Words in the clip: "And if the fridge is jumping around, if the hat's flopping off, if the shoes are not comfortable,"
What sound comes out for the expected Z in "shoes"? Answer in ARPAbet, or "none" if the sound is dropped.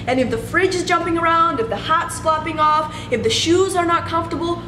Z